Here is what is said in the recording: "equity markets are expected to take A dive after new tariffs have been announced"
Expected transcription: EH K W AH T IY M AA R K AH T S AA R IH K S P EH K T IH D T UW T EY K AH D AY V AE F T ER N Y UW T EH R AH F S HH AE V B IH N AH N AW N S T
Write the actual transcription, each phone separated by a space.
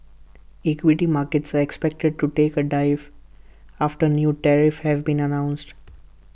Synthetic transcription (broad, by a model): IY K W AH T IY M AA R K AH T S AA R IH K S P EH K T IH D T UW T EY K AH D AY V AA F T ER N Y UW T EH R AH F HH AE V B IH N AH N AW N S T